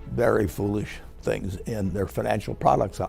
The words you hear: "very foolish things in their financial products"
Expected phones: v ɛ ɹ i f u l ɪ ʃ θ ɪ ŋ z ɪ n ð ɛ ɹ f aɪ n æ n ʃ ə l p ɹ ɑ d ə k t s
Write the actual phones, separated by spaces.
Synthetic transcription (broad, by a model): v ɛ ɹ i f u l ɪ ʃ θ ɪ ŋ z ɪ n ð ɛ ɹ f aɪ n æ n ʃ l p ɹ ɑ d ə k t s